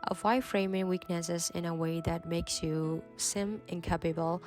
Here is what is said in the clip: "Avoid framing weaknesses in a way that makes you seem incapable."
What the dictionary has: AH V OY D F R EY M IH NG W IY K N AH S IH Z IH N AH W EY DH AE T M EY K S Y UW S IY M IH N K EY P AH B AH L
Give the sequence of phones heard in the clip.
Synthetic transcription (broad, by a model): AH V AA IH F R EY M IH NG W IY K N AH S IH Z IH N AH W EY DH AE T M EY K S Y UW S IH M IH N K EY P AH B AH L